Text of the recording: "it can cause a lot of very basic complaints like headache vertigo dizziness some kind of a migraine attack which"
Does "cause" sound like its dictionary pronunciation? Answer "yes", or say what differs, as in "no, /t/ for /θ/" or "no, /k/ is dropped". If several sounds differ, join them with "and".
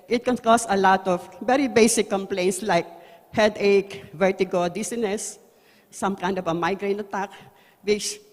no, /s/ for /z/